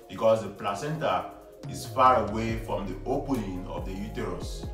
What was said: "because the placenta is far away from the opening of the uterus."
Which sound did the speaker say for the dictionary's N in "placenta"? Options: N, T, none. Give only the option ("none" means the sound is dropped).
N